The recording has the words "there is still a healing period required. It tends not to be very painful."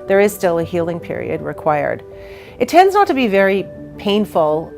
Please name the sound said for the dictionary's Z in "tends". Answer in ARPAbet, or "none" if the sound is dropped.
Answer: Z